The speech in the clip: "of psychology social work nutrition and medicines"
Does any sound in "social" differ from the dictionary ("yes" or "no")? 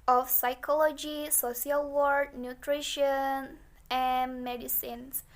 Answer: yes